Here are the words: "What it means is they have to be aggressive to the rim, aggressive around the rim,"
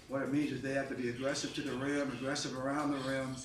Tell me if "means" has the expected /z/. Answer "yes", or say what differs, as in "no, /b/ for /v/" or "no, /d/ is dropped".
yes